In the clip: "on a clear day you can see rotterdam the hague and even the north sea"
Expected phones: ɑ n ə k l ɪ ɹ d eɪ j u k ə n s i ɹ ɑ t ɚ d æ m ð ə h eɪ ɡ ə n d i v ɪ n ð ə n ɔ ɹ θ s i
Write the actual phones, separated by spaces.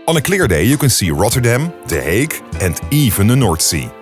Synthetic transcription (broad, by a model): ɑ n ə k l ɪ ɹ d eɪ j u k ə n s i ɹ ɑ t ɚ d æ m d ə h eɪ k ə n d i v ɪ n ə n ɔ ɹ t s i